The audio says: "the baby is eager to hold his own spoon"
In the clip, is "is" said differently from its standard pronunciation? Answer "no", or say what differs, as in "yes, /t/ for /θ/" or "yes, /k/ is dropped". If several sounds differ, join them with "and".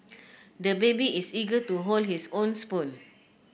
yes, /s/ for /z/